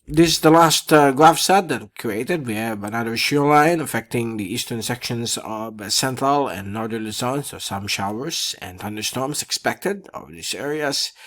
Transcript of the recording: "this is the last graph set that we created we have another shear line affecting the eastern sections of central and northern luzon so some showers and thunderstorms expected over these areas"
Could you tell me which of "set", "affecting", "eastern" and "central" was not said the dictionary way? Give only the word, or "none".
none